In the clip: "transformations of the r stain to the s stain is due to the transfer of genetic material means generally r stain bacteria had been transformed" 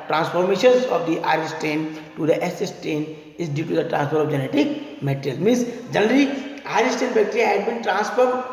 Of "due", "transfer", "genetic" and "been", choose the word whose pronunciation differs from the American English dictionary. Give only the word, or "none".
transfer